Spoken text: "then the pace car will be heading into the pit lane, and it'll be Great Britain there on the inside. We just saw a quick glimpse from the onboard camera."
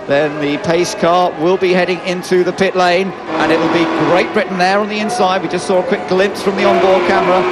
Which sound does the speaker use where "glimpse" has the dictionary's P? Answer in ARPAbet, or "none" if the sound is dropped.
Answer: P